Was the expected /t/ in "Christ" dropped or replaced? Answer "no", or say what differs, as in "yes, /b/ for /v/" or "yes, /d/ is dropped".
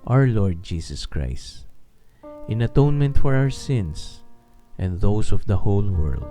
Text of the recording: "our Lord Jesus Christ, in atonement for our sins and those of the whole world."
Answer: no